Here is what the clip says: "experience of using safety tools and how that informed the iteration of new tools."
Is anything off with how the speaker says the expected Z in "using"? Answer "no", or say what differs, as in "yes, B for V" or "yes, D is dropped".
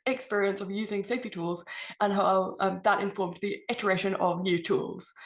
no